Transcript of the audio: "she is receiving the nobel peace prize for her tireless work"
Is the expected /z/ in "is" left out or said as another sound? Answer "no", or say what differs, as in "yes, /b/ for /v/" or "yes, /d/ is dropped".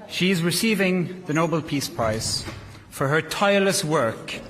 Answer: no